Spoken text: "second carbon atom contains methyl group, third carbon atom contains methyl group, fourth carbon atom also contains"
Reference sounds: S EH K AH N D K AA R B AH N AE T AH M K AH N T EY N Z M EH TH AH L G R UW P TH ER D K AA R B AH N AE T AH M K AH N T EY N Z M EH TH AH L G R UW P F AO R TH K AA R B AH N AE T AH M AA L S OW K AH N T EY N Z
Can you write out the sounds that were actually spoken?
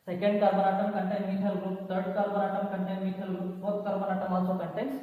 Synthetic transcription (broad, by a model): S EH K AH N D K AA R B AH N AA T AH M K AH N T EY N M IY T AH L G R UW P T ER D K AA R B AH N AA T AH M K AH N T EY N M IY T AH L G R UW P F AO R T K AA R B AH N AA T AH M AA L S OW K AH N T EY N